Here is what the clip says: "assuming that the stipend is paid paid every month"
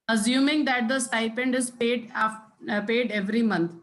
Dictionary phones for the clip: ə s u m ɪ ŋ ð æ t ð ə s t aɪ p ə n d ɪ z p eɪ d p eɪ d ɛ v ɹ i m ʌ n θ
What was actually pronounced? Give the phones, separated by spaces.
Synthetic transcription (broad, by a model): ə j u m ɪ ŋ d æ t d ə s t aɪ p ə n d ɪ z p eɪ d p eɪ d ɛ v ɹ i m ʌ n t